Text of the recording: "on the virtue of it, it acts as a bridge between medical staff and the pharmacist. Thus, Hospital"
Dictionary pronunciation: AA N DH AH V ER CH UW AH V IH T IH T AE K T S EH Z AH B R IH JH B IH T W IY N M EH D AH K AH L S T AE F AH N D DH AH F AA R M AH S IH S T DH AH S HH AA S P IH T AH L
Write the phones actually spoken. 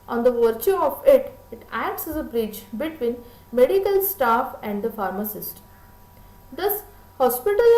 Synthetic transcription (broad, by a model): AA N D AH V ER CH UW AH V IH T IH T AE K T S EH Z AH B R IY CH B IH T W IY N M EH D AH K AH L S T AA F AH N D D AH F AA R M AH S IH S T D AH S HH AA S P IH T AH L